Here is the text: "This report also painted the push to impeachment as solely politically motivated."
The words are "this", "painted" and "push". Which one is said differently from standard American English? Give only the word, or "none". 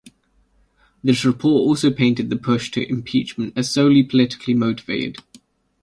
none